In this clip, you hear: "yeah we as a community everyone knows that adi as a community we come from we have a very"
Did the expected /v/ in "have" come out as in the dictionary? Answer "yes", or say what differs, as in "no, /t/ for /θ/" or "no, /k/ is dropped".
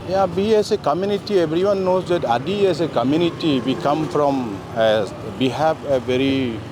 no, /p/ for /v/